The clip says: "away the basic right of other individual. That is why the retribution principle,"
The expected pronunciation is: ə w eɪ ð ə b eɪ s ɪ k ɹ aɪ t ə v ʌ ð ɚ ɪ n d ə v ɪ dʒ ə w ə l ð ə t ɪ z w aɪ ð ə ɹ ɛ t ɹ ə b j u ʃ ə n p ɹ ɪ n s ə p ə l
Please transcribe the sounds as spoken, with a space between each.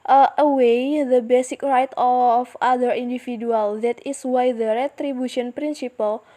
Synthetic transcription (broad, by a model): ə w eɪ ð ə b eɪ s ɪ k ɹ aɪ t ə f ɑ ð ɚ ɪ n d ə f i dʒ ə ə l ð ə t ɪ s w aɪ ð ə ɹ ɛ t ɹ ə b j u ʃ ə n p ɹ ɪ n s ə p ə l